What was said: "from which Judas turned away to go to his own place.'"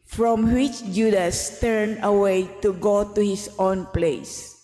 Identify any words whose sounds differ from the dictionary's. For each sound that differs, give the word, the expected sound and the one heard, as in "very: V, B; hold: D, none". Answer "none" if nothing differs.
turned: D, none; his: Z, S